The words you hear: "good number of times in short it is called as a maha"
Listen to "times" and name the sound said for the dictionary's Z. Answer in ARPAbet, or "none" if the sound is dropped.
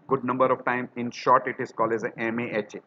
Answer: none